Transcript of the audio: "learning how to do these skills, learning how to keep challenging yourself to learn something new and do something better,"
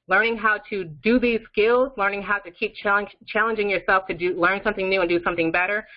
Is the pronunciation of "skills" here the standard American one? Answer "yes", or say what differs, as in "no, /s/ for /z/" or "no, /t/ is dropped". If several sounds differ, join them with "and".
yes